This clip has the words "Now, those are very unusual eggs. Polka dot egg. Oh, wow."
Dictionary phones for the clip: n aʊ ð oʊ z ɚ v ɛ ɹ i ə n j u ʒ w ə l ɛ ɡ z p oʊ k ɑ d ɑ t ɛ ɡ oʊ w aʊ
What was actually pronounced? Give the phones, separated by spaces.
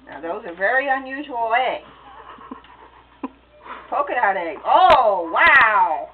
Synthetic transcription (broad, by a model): n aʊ ð oʊ z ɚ v ɛ ɹ i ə n j u ʒ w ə l ɛ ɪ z p oʊ k ɑ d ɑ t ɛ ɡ oʊ w aʊ